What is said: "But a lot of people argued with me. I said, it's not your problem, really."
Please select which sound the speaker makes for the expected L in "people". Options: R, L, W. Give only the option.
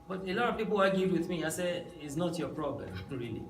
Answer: W